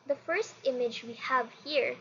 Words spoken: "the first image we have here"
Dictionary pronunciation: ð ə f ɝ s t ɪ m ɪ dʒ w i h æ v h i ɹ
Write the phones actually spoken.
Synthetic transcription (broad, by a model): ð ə f ɝ s t ɪ m ɪ dʒ w i h æ v h i ɹ